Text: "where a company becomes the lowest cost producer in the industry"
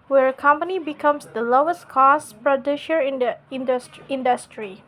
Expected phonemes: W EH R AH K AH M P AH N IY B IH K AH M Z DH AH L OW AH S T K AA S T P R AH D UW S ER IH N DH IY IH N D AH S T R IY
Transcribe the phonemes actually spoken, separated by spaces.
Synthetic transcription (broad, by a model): W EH R AH K AH M P AH N IY B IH K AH M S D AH L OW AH S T K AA S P R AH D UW SH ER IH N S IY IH N D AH S T R IY